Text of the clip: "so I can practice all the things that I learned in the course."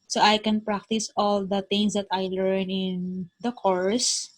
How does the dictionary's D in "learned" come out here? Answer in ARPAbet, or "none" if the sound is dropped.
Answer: none